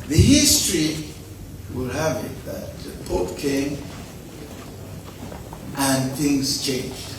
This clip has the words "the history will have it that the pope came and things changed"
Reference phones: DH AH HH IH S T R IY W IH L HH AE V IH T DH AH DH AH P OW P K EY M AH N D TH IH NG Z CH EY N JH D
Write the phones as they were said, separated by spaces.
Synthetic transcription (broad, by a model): DH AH HH IH S T R IY W IH L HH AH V IH T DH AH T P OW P K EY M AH N TH IH NG Z CH EY N JH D